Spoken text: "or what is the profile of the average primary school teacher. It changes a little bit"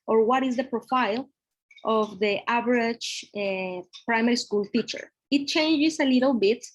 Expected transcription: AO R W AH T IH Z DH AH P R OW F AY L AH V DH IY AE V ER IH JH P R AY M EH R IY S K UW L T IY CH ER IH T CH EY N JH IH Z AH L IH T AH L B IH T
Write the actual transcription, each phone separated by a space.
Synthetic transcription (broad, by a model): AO R W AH T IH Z DH AH P R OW F AY L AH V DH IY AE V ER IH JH P R AY M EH R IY S K UW L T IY CH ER IH T CH EY N JH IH S AH L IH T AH L B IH T